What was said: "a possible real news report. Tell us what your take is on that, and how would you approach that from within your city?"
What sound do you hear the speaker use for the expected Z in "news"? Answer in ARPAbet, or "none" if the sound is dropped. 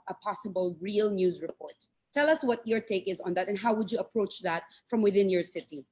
Z